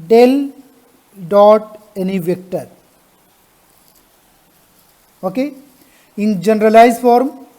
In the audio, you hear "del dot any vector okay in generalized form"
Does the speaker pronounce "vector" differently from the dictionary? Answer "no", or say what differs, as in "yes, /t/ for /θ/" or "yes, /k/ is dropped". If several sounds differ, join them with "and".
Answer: no